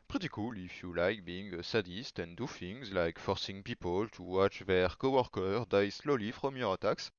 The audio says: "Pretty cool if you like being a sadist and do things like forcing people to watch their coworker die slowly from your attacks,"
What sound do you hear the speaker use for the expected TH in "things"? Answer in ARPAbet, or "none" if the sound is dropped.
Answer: F